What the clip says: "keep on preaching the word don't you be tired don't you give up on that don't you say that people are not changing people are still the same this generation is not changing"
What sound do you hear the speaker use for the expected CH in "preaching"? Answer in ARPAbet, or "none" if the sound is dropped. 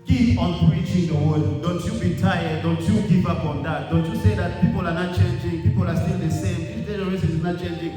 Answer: CH